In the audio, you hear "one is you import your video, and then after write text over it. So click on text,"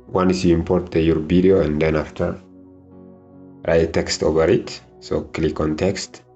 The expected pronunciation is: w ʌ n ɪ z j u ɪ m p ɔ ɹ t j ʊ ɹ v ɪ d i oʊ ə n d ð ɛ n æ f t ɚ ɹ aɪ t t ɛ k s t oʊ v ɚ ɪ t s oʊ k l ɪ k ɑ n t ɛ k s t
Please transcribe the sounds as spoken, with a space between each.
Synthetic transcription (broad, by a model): w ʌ n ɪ s j u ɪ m p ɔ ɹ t j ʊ ɹ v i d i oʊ ə n d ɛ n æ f t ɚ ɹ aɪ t t ɛ k s t oʊ v ɚ ɪ t s oʊ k l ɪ k ɑ n t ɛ k s t